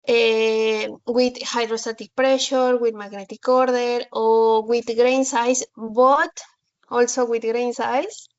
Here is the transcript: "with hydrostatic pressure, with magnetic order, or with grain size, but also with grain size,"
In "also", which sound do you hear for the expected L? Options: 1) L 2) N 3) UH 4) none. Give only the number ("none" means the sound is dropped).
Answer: 1